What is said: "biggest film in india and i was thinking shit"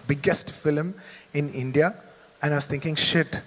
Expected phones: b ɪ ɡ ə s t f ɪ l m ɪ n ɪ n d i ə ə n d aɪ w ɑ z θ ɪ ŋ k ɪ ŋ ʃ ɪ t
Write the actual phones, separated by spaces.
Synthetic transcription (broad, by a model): b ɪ ɡ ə s t f ɪ l m ɪ n ɪ n d i ə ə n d aɪ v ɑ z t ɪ ŋ k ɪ ŋ ʃ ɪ t